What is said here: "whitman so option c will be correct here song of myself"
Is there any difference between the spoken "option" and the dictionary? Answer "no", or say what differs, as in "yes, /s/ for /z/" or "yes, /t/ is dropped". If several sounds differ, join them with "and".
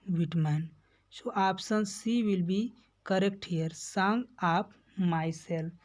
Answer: yes, /s/ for /ʃ/